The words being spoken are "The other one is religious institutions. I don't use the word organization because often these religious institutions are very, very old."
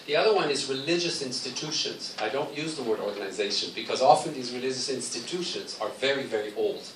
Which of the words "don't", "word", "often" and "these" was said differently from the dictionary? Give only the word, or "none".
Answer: none